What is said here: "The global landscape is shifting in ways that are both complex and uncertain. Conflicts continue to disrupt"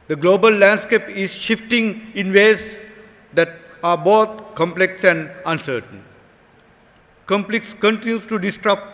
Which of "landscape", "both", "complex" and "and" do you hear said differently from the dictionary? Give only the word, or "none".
both